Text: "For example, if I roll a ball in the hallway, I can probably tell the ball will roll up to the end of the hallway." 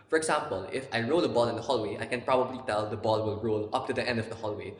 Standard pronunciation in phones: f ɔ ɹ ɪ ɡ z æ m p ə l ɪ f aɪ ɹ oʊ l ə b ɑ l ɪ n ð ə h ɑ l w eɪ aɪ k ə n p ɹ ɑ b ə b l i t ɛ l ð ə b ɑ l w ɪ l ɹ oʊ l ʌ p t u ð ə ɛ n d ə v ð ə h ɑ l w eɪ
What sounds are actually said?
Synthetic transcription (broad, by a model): f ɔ ɹ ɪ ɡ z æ m p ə l ɪ f aɪ ɹ oʊ l ə b ɑ l ɪ n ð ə h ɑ l w eɪ aɪ k ə n p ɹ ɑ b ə b l i t ɛ l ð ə b ɑ l w ɪ l ɹ oʊ l ʌ p t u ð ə ɛ n d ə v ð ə h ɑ l w eɪ